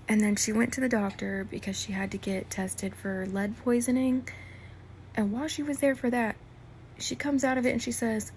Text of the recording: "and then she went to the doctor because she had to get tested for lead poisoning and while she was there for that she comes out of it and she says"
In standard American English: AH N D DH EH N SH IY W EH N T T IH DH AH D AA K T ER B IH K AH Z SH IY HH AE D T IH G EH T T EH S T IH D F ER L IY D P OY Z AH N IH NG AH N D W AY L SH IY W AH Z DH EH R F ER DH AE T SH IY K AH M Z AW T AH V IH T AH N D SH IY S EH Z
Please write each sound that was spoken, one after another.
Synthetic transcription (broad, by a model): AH N DH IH N SH IY W EH N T T IH DH AH D AA K T ER B IH K AH Z SH IY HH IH D T IH G EH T T EH S T IH D F ER L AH D P OY Z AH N IH NG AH N W AY L SH IY W AH Z DH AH R F ER DH AE T SH IY K AH M Z AW T AH V IH T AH N SH IY S EH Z